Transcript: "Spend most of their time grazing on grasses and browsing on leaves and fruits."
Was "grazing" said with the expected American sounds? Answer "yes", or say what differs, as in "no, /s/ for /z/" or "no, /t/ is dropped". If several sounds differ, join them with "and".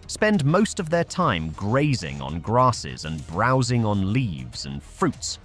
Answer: yes